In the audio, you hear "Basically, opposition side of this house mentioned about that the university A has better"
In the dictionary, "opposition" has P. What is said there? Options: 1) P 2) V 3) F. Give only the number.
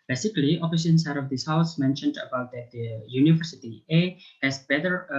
3